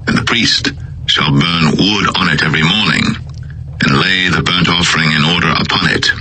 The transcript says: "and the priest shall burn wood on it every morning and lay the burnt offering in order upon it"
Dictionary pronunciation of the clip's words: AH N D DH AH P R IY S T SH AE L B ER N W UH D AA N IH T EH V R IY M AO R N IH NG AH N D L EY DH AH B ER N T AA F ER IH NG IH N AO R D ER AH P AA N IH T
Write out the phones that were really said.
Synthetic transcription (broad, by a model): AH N DH AH P R IY S T SH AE L B ER N W UH D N IH T EH V R IY M AO R N IH NG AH N L EY DH AH B ER N T AA F ER IH NG IH N AO R D ER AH P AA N IH T